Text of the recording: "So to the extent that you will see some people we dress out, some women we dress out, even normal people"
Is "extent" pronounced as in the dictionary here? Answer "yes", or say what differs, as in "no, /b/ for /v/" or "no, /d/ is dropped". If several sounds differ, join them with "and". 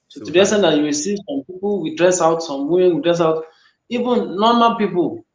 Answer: no, /k/ is dropped